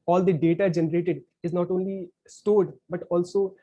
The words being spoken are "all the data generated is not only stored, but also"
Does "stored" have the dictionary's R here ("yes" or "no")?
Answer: yes